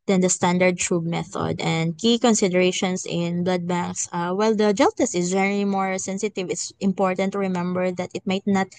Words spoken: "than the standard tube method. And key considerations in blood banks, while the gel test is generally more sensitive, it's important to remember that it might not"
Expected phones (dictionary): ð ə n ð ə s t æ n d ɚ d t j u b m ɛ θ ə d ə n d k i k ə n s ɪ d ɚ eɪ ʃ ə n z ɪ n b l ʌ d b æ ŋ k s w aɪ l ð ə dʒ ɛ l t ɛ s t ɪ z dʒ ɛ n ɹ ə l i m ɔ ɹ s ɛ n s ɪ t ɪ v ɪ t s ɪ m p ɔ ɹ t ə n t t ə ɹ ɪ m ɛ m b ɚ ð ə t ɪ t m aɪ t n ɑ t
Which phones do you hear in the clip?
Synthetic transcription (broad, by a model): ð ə n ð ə s t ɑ n d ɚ d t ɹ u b m ɛ θ ə d ə n d k i k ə n s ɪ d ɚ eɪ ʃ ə n s ɪ n b l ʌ d b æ ŋ k s w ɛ l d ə dʒ ɛ l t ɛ s ɪ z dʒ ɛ ɹ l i m ɔ ɹ s ɛ n s ɪ t ɪ v ɪ t s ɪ m p ɔ ɹ t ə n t t ɹ ɪ m ɛ m b ɚ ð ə t ɪ t m aɪ t n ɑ t